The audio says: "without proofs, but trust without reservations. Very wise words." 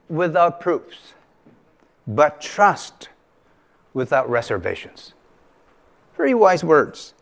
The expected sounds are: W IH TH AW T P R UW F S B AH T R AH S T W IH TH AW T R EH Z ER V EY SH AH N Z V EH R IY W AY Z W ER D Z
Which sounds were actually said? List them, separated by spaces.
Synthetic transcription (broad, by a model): W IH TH AW T P R UW F S B AH T R AH S T W IH TH AW T R EH Z ER V EY SH AH N Z V EH R IY W AY Z W ER D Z